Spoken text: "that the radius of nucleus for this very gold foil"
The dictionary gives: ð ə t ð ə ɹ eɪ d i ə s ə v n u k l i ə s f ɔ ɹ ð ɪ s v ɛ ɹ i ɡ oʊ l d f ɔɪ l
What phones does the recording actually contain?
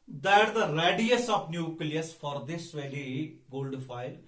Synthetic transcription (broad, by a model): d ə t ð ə ɹ eɪ d i ə s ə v n u k l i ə s f ɔ ɹ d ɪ s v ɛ l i ɡ oʊ l d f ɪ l